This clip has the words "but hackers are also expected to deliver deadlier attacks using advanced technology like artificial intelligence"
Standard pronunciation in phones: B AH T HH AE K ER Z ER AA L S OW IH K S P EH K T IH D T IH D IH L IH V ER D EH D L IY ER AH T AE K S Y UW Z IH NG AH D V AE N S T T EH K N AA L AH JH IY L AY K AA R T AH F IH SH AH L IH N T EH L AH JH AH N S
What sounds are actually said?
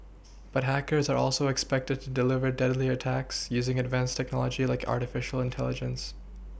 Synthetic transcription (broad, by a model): B AH T HH AE K ER Z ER AA L S OW IH K S P EH K T IH D T IH D IH L IH V ER D EH D L IY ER AH T AE K S Y UW Z IH NG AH D V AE N S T T EH K N AA L AH JH IY L AY K AA R T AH F IH SH L IH N T EH L AH JH AH N S